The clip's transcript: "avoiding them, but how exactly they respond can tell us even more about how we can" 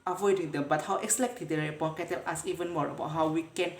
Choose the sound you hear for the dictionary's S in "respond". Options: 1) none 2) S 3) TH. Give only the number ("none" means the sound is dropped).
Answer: 1